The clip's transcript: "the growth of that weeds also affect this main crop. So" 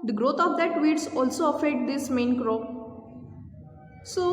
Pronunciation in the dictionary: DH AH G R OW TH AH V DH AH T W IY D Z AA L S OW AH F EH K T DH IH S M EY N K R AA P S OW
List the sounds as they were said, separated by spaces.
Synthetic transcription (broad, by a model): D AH G R OW T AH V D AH T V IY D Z AA L S OW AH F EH T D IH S M EY N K R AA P S OW